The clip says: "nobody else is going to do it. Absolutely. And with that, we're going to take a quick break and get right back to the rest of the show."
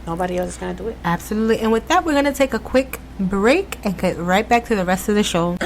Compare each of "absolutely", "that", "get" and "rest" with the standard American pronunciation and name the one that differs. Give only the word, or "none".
none